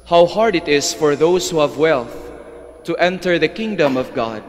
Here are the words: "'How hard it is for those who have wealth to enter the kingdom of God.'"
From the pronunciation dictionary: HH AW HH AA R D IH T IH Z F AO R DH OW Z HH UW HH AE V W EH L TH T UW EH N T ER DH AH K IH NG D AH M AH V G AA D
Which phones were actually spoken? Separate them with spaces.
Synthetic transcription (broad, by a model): HH AW HH AA R D IH T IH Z F AO R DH OW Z HH UW HH AE V W EH L TH T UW EH N T ER DH AH K IH NG D AH M AH V G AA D